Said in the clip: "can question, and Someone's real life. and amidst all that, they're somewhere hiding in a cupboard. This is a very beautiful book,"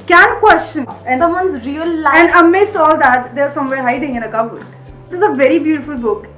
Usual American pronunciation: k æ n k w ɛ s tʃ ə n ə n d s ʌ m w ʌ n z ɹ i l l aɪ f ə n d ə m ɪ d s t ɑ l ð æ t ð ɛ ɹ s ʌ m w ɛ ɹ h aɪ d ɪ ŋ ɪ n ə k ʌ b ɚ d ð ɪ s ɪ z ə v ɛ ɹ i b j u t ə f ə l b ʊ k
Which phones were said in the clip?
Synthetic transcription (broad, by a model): k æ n k w ɛ s tʃ ə n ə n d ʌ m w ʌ n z ɹ i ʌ l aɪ ə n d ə m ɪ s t ɑ l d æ t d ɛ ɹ s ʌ m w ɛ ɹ h aɪ d ɪ ŋ ɪ n ə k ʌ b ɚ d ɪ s ɪ z ə v ɛ ɹ i b j u t ə f ə l b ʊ k